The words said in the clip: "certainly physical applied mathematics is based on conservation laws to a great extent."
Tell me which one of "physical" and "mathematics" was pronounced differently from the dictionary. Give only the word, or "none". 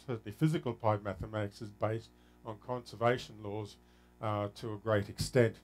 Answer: none